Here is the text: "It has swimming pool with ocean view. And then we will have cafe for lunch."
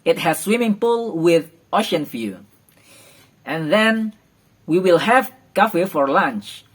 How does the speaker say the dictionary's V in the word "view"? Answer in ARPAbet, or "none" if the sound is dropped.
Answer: F